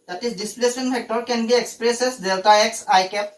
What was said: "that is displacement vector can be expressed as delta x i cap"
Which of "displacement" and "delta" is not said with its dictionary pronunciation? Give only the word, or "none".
displacement